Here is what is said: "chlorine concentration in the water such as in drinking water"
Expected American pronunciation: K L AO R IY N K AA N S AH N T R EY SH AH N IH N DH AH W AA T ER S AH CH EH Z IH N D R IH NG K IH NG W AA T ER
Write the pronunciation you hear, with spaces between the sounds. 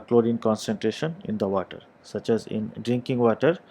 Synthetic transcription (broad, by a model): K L AO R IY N K AA N S AH N T R EY SH AH N IH N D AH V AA T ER S AH CH EH Z IH N D R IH NG K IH NG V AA T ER